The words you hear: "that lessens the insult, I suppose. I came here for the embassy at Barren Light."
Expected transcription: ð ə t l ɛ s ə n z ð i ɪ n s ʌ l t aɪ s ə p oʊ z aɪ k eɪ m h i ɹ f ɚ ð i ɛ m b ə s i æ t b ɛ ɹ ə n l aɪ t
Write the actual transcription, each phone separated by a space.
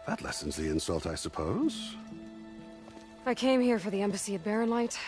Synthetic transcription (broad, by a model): ð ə t l ɛ s ə n z ð i ɪ n s ʌ l t aɪ s ə p oʊ z aɪ k eɪ m h i ɹ f ɚ ð i ɛ m b ə s i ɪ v b ɛ ɹ ə n l aɪ t